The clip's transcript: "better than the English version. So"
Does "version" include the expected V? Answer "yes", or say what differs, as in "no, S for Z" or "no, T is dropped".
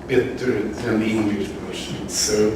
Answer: no, P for V